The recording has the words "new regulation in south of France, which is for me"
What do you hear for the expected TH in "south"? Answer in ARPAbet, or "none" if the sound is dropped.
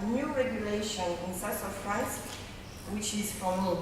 S